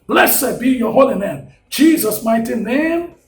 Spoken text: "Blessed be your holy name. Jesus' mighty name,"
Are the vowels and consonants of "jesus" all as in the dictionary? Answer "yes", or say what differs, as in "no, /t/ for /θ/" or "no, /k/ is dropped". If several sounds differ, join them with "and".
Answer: yes